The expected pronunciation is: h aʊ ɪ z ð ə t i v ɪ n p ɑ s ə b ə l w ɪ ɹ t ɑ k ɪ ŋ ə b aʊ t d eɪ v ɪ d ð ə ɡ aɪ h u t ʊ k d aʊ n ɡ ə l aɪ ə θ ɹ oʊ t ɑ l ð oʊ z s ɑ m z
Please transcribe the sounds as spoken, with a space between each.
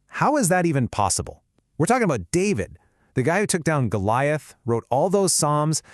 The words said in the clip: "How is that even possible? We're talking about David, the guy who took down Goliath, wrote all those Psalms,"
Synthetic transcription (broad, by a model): h aʊ ɪ z ð ə t i v ɪ n p ɑ s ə b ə l w ɪ ɹ t ɑ k ɪ ŋ ə b aʊ t d eɪ v ɪ d ð ə ɡ aɪ h u t ʊ k d aʊ n ɡ ə l aɪ ə θ ɹ oʊ t ɑ l ð oʊ z s ɑ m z